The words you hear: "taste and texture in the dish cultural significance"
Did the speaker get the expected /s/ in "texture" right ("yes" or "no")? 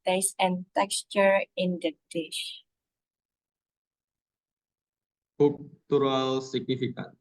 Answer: yes